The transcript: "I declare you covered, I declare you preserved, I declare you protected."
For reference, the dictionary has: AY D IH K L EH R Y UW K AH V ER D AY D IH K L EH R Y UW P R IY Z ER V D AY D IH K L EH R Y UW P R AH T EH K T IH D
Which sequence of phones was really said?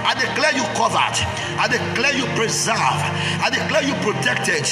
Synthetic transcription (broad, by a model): AY D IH K L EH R Y UW K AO V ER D AY D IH K L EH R Y UW P R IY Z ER V AY D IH K L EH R Y UW P R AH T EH K T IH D